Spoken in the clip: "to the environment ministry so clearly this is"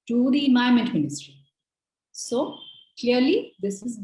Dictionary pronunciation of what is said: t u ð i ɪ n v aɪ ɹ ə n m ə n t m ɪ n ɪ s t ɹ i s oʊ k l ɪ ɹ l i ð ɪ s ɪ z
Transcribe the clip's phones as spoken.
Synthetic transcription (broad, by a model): t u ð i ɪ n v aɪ ə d m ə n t m ɪ n ɪ s t ɹ i s oʊ k l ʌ ɹ l i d ɪ s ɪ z